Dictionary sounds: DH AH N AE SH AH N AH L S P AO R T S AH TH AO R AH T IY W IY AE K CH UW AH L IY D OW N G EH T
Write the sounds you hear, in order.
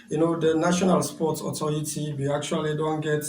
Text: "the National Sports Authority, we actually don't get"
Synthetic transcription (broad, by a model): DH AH N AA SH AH N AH L S P AO T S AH T AO R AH T IY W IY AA K CH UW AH L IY D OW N G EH T